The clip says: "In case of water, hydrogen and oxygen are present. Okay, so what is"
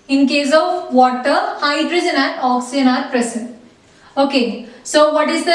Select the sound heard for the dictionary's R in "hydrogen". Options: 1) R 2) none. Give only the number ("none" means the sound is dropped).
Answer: 1